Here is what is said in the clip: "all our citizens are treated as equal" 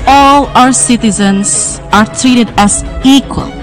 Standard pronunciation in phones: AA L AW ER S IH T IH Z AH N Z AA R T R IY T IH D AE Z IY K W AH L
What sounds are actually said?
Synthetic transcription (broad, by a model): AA L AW ER S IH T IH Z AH N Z AA R T R IY T IH D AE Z IY K W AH L